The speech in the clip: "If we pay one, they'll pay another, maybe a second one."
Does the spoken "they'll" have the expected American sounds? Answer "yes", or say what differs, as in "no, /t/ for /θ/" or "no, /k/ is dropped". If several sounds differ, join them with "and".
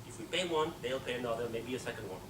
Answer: yes